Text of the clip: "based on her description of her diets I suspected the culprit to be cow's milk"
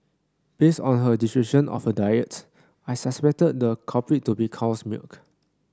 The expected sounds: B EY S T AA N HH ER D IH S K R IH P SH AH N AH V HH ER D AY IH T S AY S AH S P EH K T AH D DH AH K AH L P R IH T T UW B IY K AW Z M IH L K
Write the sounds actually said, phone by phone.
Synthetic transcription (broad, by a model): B EY S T AA N HH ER D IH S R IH SH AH N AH F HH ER D AY IH T S AY S AH S P EH K T AH D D AH K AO P R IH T T UW B IY K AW S M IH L K